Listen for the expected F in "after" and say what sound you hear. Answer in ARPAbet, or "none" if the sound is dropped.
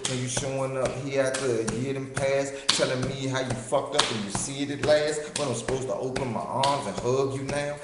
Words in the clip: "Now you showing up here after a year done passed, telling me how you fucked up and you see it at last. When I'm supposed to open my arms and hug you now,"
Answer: none